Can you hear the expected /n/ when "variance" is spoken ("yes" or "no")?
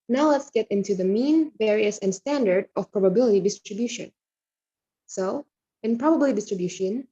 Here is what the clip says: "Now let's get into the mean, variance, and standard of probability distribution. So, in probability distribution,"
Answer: no